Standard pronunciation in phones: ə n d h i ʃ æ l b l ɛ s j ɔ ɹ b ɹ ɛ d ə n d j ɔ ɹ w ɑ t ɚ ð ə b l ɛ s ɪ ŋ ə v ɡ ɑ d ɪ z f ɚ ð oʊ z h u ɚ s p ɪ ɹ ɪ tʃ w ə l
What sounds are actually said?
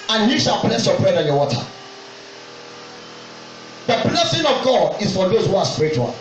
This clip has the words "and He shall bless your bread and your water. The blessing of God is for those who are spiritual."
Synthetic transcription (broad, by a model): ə n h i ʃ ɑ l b l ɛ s j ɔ b ɹ ɛ d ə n j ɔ w ɑ t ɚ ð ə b l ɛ s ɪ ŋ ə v ɡ ɑ d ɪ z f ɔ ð oʊ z h u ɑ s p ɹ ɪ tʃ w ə